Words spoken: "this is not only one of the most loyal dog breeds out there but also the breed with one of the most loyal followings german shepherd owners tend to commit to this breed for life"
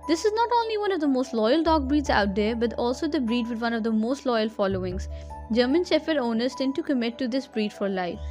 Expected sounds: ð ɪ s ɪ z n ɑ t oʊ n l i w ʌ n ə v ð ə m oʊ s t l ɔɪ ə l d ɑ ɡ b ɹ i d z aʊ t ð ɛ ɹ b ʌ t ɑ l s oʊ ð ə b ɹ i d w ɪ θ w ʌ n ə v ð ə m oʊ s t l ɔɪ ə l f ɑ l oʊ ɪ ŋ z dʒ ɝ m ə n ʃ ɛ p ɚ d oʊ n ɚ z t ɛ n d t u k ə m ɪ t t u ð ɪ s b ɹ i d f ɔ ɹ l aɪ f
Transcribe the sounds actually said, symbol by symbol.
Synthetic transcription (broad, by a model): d ɪ s ɪ z n ɑ t oʊ n l i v ʌ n ə v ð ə m oʊ s t l ɔɪ ə l d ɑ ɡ b ɹ i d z aʊ t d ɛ ɹ b ʌ t ɑ l s oʊ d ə b ɹ i d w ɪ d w ʌ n ə v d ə m oʊ s t l ɔɪ ə l f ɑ l oʊ ɪ ŋ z dʒ ɝ m ə n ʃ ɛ f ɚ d oʊ n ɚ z t ɛ n d t u k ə m ɪ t t u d ɪ s b ɹ i d f ɔ ɹ l aɪ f